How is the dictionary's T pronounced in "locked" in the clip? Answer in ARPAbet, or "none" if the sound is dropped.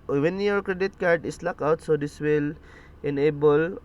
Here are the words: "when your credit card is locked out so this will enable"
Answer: none